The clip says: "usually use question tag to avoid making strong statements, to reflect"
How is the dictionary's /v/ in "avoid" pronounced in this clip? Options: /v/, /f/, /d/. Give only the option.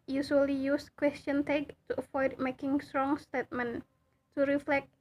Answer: /f/